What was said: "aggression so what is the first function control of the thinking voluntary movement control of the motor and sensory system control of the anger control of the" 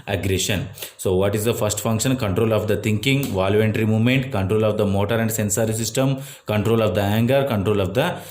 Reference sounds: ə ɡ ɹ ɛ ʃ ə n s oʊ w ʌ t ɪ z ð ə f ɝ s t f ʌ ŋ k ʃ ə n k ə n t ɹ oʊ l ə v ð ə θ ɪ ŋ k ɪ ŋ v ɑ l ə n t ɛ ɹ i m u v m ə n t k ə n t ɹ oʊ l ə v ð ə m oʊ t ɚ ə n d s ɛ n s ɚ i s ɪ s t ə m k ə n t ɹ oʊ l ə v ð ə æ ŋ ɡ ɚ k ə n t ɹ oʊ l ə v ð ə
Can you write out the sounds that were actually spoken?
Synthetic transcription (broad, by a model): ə ɡ ɹ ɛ ʃ ə n s oʊ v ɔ t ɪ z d ə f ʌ s t f ʌ ŋ k ʃ ə n k ə n t ɹ oʊ l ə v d ə t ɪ ŋ k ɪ ŋ v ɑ l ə n t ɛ ɹ i m u v m ə n t k ə n t ɹ oʊ l ə v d ə m oʊ t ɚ ə n d s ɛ n s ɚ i s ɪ s t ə m k ə n t ɹ oʊ l ə v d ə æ ŋ ɡ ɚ k ə n t ɹ oʊ l ə v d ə